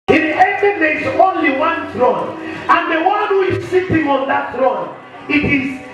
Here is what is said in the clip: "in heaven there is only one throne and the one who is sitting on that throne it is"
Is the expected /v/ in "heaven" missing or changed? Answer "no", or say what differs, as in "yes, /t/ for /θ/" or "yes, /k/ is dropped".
yes, /v/ is dropped